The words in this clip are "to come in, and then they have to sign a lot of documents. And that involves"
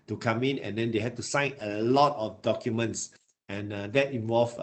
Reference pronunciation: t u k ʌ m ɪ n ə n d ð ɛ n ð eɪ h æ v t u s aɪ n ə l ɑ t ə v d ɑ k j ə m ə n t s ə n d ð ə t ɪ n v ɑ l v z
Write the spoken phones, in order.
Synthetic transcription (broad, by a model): t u k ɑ m ɪ n ə n d ɛ n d eɪ h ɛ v t u s aɪ n ə l ɑ t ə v d ɑ k j ə m ə n t s ə n d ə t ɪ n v ɑ l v